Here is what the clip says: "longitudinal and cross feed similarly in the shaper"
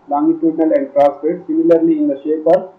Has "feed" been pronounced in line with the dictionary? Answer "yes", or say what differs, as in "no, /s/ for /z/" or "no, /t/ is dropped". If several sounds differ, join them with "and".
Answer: no, /p/ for /f/